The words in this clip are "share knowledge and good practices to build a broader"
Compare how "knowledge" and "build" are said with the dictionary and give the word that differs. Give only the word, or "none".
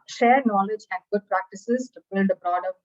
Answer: none